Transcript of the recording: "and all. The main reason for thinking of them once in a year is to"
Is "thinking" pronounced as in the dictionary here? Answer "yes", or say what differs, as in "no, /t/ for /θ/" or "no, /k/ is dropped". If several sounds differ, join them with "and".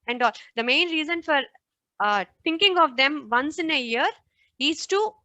no, /t/ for /θ/